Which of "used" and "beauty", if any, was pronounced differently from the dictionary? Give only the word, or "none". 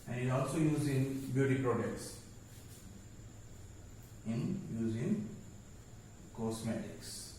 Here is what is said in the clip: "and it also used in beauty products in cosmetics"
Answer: used